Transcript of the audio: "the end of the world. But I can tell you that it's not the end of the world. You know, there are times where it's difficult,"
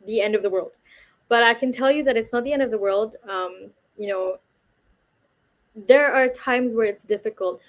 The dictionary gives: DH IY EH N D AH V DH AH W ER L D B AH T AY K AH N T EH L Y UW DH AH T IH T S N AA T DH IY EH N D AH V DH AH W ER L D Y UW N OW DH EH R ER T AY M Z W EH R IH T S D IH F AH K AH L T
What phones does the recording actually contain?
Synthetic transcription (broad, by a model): DH IY EH N D AH V DH AH W ER L D B AH T AY K AH N T EH L Y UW DH AH T IH T S N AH T DH IY EH N D AH V DH AH W ER L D Y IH N OW DH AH R ER T AY M Z W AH R IH T S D IH F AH K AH L T